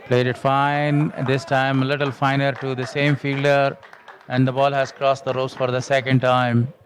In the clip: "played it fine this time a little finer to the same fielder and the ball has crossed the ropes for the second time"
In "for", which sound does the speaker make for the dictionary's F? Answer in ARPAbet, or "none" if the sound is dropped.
F